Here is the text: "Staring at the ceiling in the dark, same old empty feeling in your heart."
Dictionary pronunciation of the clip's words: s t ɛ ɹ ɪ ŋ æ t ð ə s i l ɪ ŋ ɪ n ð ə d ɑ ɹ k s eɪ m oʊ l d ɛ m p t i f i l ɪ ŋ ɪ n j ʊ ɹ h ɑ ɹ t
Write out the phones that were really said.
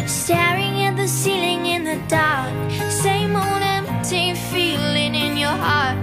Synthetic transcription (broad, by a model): s t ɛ ɹ ɪ ŋ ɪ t ð ə s i l ɪ ŋ ɪ n ð ə d ɑ ɹ k s eɪ m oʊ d ɛ m p t i f i l ɪ ŋ ɪ n j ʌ ɹ h ɑ ɹ t